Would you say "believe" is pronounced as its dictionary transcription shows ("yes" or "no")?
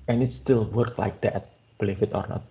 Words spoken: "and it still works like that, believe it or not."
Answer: no